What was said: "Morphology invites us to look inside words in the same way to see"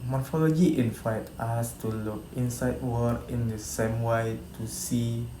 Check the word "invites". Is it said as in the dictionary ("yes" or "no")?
no